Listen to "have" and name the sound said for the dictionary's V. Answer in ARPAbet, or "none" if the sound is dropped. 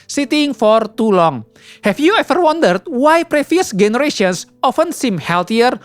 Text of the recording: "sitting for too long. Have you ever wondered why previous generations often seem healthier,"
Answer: F